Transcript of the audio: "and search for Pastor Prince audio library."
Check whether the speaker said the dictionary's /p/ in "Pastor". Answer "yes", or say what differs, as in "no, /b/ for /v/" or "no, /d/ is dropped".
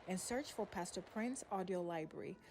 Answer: yes